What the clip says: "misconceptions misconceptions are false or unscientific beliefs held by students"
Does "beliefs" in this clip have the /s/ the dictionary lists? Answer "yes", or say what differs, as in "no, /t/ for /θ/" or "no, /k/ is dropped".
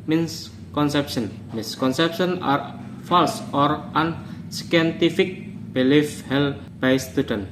no, /s/ is dropped